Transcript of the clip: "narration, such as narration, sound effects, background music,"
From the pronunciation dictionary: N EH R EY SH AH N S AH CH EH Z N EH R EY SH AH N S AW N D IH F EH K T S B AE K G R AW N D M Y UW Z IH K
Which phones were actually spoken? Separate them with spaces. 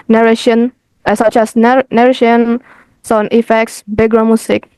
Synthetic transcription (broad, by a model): N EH R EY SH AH N S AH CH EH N N EH R EY SH AH N S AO N IH F EH K T S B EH G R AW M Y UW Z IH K